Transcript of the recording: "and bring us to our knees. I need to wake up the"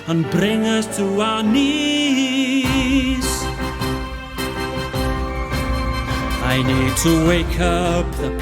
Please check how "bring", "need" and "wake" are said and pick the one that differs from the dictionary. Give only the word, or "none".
none